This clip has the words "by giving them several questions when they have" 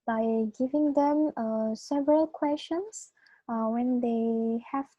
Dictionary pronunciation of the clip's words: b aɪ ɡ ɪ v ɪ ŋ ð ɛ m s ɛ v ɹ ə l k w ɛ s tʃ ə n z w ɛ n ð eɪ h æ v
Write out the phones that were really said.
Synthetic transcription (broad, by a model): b aɪ ɡ ɪ v ɪ ŋ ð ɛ m s ɛ v ɹ ə l k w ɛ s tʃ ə n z w ɛ n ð eɪ h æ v